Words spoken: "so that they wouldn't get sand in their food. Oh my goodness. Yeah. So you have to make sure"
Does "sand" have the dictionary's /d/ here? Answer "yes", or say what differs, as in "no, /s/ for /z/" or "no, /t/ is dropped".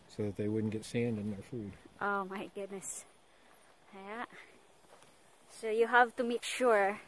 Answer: yes